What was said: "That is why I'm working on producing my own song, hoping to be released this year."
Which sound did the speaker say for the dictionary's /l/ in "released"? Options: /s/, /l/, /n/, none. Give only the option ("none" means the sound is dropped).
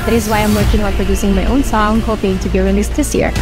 /n/